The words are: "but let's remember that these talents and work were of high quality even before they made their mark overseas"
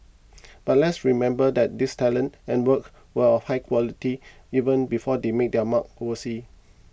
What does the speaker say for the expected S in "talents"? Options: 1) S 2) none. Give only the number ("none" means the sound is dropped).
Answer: 2